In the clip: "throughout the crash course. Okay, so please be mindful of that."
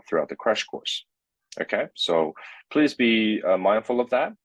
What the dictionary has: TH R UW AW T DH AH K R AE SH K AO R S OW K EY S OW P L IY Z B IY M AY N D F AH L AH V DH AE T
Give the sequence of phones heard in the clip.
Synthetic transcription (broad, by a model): TH R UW AW T DH AH K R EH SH K AO R S OW K EY S OW P L IY Z B IY M AY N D F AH L AH V DH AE T